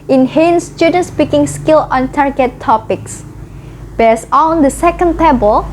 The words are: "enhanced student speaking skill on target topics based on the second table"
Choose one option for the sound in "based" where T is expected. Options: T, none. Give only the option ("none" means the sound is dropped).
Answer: none